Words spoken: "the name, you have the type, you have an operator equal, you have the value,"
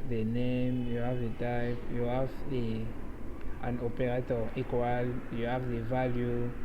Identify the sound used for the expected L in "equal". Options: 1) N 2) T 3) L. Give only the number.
3